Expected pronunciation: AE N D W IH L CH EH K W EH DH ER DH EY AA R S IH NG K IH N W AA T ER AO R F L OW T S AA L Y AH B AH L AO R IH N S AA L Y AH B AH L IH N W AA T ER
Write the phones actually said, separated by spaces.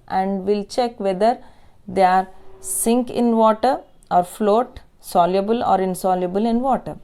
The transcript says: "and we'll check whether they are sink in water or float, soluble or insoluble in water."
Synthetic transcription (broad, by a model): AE N D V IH L CH EH K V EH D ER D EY AA R S IH NG K IH N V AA T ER AO R F L OW T S AA L Y AH B AH L AO R IH N S AA L Y AH B AH L IH N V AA T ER